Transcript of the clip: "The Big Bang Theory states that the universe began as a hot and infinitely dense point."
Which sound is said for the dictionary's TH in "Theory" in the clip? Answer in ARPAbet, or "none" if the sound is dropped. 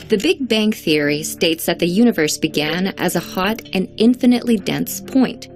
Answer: TH